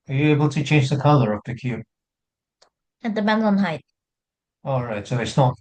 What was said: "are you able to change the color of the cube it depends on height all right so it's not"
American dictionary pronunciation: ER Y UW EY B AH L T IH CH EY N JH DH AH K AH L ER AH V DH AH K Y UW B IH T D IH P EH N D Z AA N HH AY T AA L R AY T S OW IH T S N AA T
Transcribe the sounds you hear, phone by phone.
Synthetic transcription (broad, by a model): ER Y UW EY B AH L T IH CH EY N JH DH AH K AH L ER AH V DH AH K Y UW B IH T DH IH B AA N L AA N HH AY T AA L R AY T S OW IH T S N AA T